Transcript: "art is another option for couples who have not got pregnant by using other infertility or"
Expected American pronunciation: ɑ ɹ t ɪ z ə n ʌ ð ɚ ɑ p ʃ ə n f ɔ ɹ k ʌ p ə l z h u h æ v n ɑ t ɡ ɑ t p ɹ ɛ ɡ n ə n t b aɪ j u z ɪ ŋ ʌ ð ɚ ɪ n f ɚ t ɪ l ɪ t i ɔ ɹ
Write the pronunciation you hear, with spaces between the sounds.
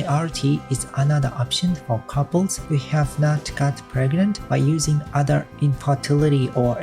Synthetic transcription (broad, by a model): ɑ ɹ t ɪ z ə n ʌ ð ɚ ɑ p ʃ ə n f ɔ ɹ k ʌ p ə l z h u h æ v n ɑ t ɡ ɑ t p ɹ ɛ ɡ n ə n t b aɪ j u z ɪ ŋ ʌ ð ɚ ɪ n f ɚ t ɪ l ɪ t i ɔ ɹ